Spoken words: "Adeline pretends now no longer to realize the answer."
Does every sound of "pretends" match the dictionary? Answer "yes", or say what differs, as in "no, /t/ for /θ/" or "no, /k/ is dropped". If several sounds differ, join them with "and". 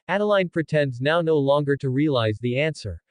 yes